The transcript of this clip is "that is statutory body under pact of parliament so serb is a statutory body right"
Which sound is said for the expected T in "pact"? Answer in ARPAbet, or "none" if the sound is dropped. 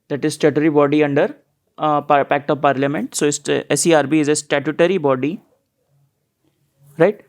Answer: T